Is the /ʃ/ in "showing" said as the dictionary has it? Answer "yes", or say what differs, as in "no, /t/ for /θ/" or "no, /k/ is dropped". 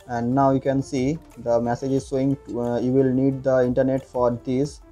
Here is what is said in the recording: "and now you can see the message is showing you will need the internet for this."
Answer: no, /s/ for /ʃ/